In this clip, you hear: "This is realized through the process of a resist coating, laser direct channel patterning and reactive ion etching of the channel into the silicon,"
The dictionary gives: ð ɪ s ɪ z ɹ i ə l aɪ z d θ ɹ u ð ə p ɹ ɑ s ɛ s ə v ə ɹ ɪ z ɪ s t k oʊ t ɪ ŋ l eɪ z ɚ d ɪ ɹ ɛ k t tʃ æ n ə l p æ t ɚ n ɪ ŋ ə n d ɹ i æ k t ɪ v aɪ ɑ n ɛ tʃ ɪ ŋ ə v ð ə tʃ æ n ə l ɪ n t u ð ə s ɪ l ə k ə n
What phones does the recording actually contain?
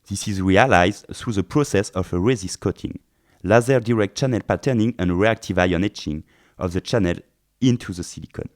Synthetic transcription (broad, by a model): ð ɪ s ɪ z ɹ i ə l aɪ z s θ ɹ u ð ə p ɹ ɑ s ɛ s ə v ə ɹ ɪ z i s k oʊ t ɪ ŋ l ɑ z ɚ d ɪ ɹ ɛ k t tʃ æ n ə l p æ t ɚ n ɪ ŋ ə n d ɹ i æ k t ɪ v aɪ ɑ n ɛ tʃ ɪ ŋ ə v ð ə tʃ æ n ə l ɪ n t u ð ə s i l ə k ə n